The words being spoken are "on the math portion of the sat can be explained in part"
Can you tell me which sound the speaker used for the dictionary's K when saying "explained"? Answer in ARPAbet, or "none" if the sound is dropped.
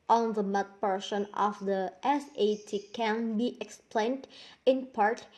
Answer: K